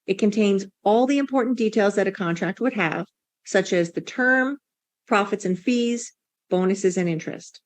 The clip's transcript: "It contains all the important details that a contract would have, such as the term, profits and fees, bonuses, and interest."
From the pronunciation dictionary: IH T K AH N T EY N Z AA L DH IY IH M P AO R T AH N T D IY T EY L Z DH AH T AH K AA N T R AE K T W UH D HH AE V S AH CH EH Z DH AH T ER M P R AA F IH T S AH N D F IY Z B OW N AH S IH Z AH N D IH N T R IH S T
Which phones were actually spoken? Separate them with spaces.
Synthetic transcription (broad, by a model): IH T K AH N T EY N Z AA L DH IY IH M P AO R T N D IY T EY L Z DH AH T AH K AA N T R AE K T W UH D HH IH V S AH CH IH Z DH AH T ER M P R AA F IH T S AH N F IY Z B OW N AH S IH Z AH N IH N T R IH S T